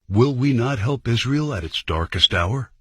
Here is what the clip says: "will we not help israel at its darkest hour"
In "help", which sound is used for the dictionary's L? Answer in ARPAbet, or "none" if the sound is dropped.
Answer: L